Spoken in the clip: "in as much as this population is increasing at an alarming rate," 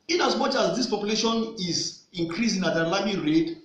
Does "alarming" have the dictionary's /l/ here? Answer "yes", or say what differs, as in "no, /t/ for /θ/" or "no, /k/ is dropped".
no, /l/ is dropped